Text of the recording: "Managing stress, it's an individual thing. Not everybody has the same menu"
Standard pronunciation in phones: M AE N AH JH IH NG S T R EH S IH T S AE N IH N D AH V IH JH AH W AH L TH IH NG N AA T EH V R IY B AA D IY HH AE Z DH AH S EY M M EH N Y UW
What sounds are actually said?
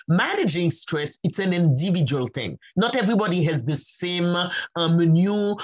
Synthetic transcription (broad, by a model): M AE N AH JH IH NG S T R EH S IH T S AE N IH N D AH V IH JH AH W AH L TH IH NG N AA T EH V R IY B AA D IY HH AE Z DH AH S EY M M N Y UW